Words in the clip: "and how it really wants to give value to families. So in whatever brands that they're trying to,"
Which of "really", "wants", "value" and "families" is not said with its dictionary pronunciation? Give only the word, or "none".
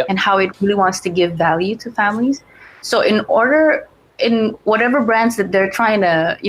none